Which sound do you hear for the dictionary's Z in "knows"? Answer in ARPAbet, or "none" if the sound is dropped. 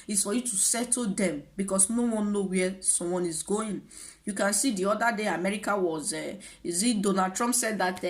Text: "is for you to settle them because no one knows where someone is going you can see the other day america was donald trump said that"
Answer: none